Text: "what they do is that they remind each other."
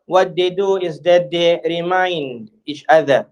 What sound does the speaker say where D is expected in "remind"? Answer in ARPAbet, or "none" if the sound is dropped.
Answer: D